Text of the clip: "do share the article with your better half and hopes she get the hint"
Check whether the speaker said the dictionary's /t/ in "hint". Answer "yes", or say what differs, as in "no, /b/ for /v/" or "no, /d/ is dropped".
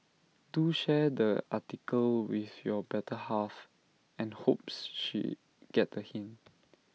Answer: no, /t/ is dropped